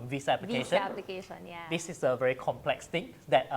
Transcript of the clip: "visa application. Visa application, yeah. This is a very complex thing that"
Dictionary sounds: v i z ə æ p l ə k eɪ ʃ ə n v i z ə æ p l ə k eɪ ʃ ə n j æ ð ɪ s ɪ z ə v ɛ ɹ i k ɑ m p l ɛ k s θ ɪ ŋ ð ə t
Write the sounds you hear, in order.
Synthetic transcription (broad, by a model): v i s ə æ p l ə eɪ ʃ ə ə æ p l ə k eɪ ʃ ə n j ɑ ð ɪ s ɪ s ə v ɛ ɹ i k ɑ m p l ɛ k s t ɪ ŋ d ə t